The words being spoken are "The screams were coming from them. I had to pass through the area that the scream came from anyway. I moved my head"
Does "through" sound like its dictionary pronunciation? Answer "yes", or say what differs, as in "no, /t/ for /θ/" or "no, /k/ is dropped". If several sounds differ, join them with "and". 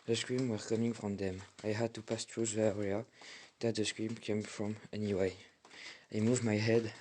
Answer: no, /t/ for /θ/